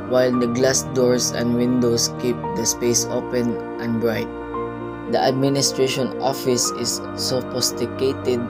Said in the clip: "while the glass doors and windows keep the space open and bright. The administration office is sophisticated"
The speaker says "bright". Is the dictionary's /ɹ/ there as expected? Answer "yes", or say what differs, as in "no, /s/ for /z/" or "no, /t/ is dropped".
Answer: yes